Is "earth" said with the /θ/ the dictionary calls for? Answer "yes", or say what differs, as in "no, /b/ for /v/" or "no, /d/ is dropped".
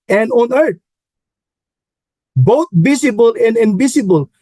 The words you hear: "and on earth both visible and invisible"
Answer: no, /t/ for /θ/